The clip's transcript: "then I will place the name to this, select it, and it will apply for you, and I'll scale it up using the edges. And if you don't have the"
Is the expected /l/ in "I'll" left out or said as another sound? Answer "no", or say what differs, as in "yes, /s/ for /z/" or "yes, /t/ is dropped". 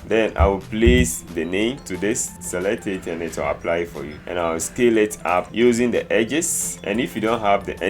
yes, /w/ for /l/